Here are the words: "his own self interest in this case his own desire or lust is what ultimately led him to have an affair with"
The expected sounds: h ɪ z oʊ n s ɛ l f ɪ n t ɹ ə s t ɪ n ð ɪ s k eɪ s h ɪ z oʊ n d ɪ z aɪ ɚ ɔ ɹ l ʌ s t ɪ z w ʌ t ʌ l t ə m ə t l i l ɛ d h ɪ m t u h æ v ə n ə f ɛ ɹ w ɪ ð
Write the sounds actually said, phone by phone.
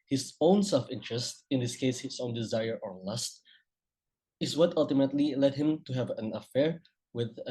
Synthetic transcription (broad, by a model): h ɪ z oʊ n s ɛ l f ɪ n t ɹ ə s t ɪ n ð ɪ s k eɪ s h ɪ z oʊ n d ɪ z aɪ ɚ ɔ ɹ l ʌ s t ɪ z w ʌ t ʌ l t ə m ə t l i l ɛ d h ɪ m t u h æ v ə n ə f ɛ ɹ w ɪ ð